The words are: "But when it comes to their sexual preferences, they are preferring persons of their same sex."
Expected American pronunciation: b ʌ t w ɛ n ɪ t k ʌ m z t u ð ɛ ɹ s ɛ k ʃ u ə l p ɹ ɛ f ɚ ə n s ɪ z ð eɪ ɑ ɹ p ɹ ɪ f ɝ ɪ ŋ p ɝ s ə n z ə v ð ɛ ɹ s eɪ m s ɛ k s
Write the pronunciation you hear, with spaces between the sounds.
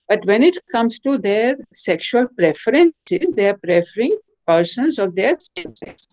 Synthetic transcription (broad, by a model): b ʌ t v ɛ n ɪ t k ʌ m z t u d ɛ ɹ s ɛ k ʃ u ə l p ɹ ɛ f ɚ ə n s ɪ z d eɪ ɑ ɹ p ɹ ɪ f ɝ ɪ ŋ p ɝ s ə n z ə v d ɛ ɹ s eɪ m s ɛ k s